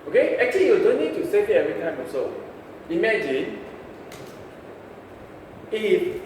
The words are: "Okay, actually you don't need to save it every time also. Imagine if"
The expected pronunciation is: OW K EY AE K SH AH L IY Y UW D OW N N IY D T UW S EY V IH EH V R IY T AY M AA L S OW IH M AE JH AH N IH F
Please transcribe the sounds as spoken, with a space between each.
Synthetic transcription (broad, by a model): OW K EY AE K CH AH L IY Y UW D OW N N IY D T UW S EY IH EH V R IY T AY M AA S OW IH M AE JH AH N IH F